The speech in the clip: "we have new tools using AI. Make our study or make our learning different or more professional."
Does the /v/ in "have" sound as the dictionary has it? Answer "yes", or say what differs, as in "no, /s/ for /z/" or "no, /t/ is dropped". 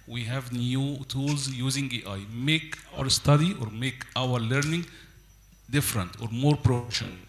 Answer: yes